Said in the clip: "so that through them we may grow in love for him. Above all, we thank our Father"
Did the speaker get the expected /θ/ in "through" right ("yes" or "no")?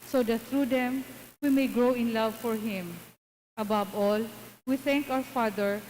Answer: no